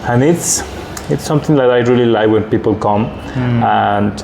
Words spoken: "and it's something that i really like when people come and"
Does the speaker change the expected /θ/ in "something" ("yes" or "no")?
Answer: yes